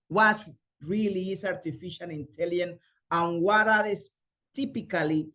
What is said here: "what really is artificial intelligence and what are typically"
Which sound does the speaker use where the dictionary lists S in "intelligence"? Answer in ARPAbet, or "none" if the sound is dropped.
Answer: none